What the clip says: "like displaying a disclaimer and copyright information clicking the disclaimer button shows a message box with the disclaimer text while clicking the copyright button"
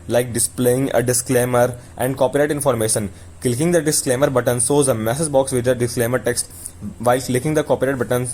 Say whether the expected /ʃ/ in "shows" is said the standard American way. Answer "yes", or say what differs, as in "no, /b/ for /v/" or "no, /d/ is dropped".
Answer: no, /s/ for /ʃ/